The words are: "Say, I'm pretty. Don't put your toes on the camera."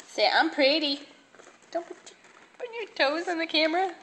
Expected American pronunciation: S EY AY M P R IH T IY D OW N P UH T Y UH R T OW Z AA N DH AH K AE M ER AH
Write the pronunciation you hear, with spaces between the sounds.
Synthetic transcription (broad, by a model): S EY AY M P R IH T IY D OW N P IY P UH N T OW Z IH N DH AH K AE M ER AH